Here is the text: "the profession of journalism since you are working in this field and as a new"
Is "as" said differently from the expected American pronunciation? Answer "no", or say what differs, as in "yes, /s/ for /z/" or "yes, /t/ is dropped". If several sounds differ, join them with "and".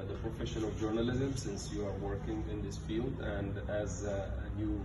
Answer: no